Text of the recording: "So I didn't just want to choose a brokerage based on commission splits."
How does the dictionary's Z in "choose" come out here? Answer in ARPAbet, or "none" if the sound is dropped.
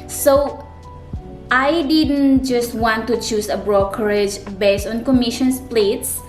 S